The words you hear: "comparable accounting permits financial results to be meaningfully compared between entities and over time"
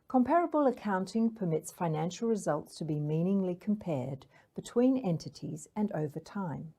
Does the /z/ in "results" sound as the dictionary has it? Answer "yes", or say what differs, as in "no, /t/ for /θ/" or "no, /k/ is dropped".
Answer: yes